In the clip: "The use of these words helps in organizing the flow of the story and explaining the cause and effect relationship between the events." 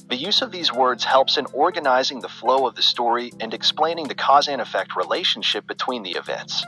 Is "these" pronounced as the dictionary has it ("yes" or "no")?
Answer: yes